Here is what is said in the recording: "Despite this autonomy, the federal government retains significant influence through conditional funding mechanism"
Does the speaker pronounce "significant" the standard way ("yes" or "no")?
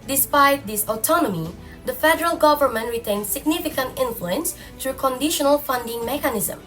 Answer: yes